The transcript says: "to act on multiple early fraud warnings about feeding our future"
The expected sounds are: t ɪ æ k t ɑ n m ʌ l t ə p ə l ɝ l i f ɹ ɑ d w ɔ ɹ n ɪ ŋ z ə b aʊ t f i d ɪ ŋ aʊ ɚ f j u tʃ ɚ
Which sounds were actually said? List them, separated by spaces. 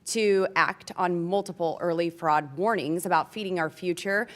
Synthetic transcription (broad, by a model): t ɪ æ k t n m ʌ l t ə p l ɝ l i f ɹ ɑ d w ɔ ɹ n ɪ ŋ z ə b aʊ t f i d ɪ ŋ aʊ ɚ f j u tʃ ɚ